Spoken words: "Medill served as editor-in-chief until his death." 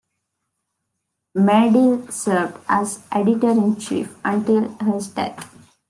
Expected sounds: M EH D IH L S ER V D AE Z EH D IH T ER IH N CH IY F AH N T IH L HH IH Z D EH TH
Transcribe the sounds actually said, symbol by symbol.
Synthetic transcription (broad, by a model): M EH D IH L S ER V D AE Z EH D IH T ER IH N CH IY F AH N T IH L HH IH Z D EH T